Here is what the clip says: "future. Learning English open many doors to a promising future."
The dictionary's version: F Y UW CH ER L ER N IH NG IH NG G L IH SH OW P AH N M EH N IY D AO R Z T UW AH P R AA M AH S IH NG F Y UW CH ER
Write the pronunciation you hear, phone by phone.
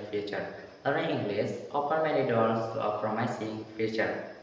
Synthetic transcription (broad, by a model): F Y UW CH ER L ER IH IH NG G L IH S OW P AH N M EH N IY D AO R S T UW AH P R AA M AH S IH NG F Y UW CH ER